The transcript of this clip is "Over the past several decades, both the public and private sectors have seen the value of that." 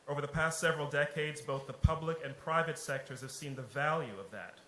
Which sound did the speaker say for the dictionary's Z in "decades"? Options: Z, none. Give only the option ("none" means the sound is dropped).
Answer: Z